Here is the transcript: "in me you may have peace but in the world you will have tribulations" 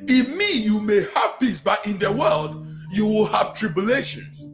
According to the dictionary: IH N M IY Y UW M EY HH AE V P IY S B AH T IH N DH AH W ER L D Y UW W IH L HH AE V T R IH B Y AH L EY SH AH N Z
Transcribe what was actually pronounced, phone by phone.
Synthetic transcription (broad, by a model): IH M IY Y UW M EY HH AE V P IY S B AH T IH N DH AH W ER L D Y UW W IH L HH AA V T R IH B Y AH L EY SH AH N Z